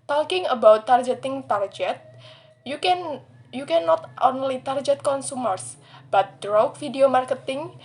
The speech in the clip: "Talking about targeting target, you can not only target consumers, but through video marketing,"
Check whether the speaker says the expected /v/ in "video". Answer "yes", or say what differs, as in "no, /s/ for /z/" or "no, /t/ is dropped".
no, /f/ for /v/